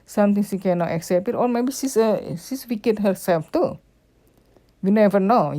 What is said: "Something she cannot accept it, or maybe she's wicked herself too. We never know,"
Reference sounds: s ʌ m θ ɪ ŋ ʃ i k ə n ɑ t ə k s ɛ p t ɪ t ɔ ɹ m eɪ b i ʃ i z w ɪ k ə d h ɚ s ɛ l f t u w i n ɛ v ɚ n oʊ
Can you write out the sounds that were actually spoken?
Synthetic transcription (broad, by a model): s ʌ m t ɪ ŋ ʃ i k ə n ɑ t ə k s ɛ p t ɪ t ɔ ɹ m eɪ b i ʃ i s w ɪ k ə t h ɚ s ɛ l f t u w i n ɛ v ɚ n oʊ